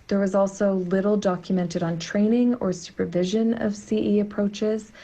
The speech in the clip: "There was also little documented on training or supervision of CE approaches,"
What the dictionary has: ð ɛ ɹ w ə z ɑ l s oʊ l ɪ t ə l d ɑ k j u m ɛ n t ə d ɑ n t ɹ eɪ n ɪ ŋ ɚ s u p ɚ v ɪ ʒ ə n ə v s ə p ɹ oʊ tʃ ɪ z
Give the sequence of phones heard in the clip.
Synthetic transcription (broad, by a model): ð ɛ ɹ w ə z ɑ l s oʊ l ɪ t l d ɑ k j u m ɛ n t ə d n t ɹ eɪ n ɪ ŋ ɚ s u p ɚ v ɪ ʒ ə n ə v s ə p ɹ oʊ tʃ ɪ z